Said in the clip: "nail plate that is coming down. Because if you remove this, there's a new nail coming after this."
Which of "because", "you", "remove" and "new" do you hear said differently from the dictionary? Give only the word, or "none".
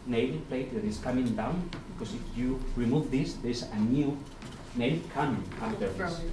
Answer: because